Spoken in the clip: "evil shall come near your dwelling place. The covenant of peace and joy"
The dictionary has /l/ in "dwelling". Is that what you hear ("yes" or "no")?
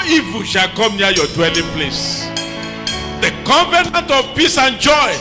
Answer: yes